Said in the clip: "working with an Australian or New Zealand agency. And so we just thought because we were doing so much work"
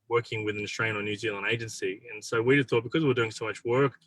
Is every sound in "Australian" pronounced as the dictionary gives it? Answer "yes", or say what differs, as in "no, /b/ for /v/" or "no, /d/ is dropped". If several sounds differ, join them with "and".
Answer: no, /s/ is dropped